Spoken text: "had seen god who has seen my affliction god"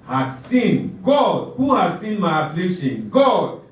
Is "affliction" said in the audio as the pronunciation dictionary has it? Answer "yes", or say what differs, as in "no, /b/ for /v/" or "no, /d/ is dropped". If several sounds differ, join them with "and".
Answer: no, /k/ is dropped